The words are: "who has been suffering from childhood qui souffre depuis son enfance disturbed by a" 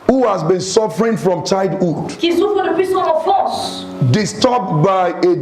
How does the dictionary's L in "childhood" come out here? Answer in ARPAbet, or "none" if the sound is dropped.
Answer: none